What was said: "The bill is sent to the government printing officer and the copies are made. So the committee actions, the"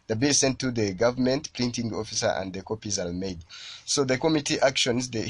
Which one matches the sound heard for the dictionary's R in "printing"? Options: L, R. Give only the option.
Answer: L